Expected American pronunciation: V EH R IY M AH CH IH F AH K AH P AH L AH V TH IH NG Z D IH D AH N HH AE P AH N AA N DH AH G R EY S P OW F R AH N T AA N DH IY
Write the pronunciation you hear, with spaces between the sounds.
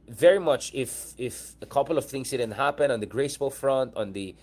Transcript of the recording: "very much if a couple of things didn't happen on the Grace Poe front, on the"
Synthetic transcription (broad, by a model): V EH R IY M AH CH IH F AH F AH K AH L AH V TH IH NG S D IH D AH N HH AE P AH N AA N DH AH G R EY S B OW F R AH N T AA N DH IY